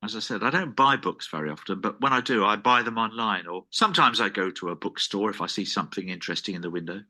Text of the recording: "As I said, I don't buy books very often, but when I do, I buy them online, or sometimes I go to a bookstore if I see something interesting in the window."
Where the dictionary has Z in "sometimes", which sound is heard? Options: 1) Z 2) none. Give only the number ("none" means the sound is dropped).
1